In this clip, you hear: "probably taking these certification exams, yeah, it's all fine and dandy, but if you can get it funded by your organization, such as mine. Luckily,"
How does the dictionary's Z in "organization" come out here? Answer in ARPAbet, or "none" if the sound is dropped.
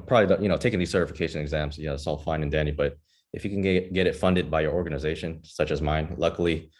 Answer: Z